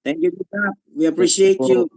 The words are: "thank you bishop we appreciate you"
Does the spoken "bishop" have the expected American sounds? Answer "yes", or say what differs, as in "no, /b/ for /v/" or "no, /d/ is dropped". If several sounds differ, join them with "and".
no, /ʃ/ is dropped